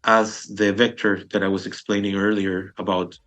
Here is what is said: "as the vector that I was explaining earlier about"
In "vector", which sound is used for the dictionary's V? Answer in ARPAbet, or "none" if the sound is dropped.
V